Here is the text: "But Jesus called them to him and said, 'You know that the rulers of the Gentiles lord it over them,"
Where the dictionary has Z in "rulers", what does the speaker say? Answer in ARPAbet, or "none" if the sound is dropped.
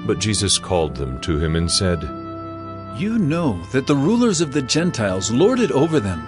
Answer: Z